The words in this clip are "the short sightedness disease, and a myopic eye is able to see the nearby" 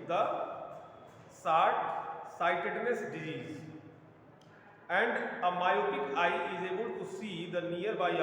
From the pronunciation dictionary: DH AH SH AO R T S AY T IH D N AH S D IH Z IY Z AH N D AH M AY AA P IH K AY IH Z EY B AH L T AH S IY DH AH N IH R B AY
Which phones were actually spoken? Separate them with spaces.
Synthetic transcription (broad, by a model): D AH S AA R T S AY T IH D N AH S D IH Z IY Z AH N D AH M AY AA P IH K AY IH Z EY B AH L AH S IY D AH N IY R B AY